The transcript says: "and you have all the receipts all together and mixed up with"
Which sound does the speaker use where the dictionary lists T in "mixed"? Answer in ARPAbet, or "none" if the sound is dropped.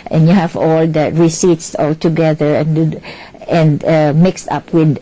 T